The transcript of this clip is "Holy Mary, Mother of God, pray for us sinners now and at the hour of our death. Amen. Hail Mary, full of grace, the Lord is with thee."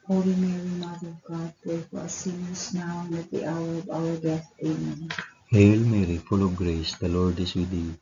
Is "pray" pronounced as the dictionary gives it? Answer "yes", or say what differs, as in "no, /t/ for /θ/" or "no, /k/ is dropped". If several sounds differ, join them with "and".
no, /ɹ/ is dropped